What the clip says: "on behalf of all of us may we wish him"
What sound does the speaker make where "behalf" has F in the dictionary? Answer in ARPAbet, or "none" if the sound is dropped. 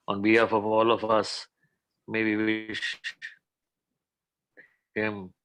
F